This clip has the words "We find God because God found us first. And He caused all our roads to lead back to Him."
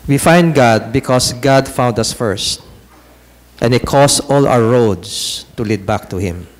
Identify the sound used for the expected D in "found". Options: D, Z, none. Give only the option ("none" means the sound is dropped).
D